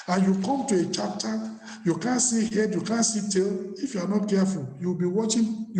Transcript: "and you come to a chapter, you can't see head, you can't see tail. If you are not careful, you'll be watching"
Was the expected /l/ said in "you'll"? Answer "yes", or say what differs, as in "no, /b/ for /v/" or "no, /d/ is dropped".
no, /w/ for /l/